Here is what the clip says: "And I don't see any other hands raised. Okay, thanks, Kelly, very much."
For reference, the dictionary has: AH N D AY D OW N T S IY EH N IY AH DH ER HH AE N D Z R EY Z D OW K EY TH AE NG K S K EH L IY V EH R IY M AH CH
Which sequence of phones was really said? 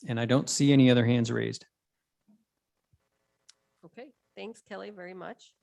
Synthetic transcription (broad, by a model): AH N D AY D OW N T S IY EH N IY AH DH ER HH AE N D Z R EY Z D OW K EY TH AE NG K S K EH L IY V EH R IY M AH CH